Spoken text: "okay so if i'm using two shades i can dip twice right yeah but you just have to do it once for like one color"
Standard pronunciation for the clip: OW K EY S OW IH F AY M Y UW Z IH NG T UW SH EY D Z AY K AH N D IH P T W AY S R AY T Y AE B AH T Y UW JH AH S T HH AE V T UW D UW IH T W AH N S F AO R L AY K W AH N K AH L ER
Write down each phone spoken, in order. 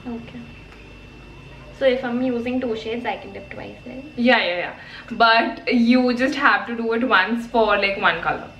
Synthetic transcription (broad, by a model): OW K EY S OW IH F AY M Y UW Z IH NG T UW SH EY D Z AY K AH N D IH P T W AY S L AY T Y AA B AH T Y UW JH AH S T HH AE V T UW D UW IH T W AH N S F AO R L AY K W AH N K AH L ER